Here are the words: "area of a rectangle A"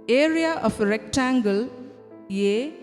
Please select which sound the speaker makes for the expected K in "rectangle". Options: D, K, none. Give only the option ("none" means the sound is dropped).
K